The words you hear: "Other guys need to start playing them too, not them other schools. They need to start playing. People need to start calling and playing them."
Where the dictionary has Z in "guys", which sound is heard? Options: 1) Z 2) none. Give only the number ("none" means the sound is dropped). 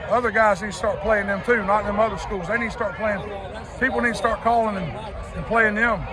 1